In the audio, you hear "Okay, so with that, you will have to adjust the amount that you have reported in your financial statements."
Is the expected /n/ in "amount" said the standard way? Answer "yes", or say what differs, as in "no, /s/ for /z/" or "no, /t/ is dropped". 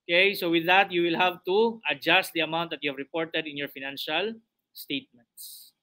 no, /n/ is dropped